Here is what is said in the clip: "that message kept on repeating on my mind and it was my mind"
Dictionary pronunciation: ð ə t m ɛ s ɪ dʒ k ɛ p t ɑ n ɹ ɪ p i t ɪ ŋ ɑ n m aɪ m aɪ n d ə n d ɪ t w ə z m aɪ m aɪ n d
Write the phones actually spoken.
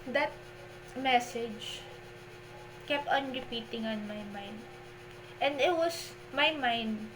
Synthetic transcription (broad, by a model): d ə t m ɛ s ɪ dʒ k ɛ p t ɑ n ɹ ɪ p i t ɪ ŋ ɑ n m aɪ m aɪ n d ə n d ɪ t w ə s m aɪ m aɪ n d